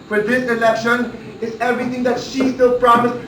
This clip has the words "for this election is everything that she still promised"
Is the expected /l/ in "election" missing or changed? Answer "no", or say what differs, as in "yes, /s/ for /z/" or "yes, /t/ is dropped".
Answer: no